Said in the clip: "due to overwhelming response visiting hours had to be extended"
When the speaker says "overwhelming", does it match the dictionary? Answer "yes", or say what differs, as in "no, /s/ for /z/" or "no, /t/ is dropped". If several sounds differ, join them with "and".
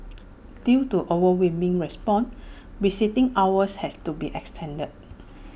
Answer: no, /l/ is dropped